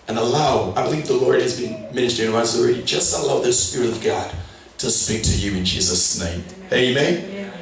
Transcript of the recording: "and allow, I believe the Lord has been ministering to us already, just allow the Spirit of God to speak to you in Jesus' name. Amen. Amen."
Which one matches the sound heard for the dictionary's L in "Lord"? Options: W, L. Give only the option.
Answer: L